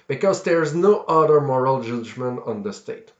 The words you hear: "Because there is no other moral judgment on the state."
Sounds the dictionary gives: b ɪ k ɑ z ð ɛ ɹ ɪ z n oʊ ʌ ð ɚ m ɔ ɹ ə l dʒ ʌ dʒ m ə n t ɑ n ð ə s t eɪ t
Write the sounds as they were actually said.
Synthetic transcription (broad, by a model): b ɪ k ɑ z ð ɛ ɹ ɪ z n oʊ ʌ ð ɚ m ɔ ɹ ə l dʒ ʌ dʒ m ə n t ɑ n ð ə s t eɪ t